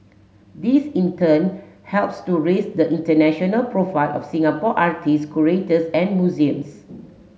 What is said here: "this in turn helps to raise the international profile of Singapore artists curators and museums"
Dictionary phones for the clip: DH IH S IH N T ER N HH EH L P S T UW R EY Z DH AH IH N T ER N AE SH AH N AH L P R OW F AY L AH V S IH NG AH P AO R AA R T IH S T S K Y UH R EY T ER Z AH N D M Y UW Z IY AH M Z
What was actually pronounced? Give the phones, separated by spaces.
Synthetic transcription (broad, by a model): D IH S IH N T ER N HH EH L P S T UW R EY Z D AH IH N T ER N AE SH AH N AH L P R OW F AY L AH F S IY NG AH P AO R AA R T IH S S K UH R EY T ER S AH N M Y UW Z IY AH M S